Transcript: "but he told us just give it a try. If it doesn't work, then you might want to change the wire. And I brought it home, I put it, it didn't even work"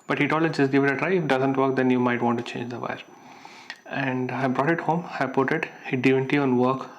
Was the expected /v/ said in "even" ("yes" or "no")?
no